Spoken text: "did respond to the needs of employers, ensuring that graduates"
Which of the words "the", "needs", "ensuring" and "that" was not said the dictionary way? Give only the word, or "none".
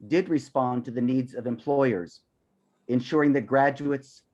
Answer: none